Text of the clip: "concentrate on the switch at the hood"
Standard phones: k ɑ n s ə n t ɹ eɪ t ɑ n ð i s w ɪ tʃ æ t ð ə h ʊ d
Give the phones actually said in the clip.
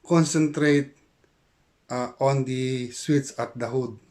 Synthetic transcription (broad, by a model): k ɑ n s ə n t ɹ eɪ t ɑ n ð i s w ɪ s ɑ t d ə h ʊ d